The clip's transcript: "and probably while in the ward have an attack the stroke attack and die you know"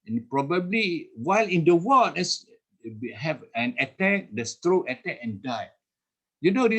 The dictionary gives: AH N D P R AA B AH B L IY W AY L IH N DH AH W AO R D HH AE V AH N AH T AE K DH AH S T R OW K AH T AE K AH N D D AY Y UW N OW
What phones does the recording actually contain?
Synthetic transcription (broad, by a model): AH N P R AA B AH B L IY W AY L IH N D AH W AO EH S HH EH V AH N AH T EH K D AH S T R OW AH T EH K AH N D D AY Y UW N OW